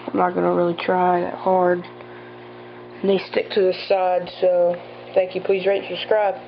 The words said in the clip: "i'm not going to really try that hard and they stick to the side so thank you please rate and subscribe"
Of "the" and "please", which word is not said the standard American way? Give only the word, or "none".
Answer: none